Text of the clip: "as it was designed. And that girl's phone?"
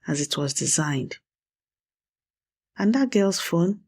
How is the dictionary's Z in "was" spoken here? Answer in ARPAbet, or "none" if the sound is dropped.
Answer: Z